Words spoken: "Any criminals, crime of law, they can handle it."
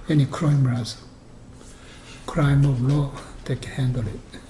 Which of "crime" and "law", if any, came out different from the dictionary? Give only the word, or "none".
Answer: none